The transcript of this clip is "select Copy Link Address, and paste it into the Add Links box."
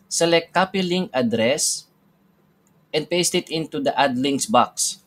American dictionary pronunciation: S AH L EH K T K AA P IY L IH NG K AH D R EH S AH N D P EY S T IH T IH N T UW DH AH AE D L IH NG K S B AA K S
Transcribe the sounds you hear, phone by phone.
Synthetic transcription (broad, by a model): S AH L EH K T K AA P IY L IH NG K AH D R EH S AH N D P EY S T IH T IH N T UW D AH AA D L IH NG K S B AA K S